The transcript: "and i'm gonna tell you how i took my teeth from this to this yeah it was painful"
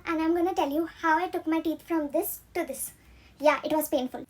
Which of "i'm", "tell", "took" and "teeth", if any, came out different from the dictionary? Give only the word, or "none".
teeth